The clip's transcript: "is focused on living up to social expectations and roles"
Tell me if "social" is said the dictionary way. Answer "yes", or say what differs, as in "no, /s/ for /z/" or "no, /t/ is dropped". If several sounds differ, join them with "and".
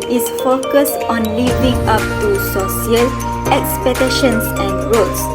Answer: no, /s/ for /ʃ/